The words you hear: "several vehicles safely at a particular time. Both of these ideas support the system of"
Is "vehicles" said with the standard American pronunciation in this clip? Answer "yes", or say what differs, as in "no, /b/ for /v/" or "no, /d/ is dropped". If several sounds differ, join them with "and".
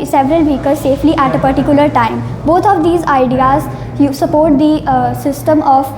no, /l/ is dropped